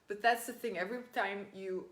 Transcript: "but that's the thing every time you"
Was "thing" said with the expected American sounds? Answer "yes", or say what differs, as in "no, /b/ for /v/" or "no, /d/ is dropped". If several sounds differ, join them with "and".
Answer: yes